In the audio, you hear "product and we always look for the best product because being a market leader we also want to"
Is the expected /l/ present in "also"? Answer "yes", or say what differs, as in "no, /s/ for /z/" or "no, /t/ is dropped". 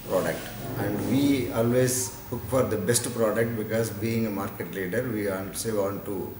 no, /n/ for /l/